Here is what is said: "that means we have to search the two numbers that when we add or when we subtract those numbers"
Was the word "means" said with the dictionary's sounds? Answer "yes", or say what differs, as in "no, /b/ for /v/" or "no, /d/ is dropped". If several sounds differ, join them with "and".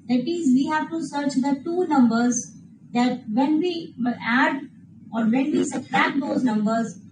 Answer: no, /n/ is dropped